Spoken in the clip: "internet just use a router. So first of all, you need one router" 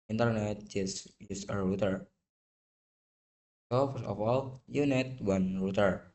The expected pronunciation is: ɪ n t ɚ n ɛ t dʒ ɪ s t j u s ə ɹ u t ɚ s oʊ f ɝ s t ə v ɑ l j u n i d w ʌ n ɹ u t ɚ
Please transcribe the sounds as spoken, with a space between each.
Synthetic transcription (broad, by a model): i n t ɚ n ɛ t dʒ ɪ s j u s ə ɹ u t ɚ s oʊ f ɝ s ə f ɑ l j u n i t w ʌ n ɹ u t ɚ